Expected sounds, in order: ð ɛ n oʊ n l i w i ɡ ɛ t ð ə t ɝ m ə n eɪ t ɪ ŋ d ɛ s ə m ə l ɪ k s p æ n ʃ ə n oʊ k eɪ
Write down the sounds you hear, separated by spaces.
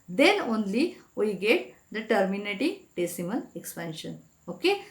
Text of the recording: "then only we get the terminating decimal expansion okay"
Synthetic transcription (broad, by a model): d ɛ n oʊ n l i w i ɡ ɛ t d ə t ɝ m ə n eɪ t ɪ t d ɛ s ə m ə n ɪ k s p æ n ʃ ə n oʊ k eɪ